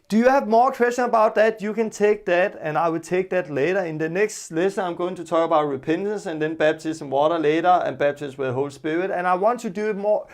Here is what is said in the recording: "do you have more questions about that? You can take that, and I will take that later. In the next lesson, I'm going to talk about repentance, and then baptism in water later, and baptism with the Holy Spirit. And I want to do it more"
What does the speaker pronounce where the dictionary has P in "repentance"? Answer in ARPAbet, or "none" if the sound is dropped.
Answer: P